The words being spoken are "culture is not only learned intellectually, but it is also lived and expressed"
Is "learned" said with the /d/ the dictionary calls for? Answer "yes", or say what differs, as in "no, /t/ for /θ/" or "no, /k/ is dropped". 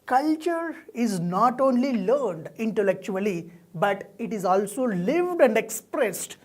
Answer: yes